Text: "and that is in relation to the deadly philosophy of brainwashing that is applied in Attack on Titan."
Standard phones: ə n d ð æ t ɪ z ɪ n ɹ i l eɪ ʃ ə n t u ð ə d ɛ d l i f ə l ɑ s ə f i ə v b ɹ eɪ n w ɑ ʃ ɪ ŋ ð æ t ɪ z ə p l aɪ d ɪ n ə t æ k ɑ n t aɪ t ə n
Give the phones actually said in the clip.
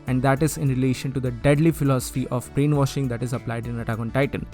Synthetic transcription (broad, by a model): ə n d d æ t ɪ z ɪ n ɹ i l eɪ ʃ ə n t u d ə d ɛ d l i f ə l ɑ s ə f i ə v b ɹ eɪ n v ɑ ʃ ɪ ŋ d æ t ɪ z ə p l aɪ d ɪ n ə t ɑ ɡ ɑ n t aɪ t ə n